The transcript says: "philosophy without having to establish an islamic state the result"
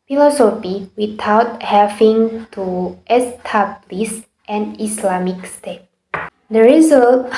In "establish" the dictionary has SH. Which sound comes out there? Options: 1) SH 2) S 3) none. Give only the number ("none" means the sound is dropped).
2